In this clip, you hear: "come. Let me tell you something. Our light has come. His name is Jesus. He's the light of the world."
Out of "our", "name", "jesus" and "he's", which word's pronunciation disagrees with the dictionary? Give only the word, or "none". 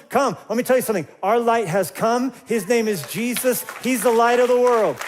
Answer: none